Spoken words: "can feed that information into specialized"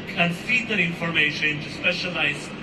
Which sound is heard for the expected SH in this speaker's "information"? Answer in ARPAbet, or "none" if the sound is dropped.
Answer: none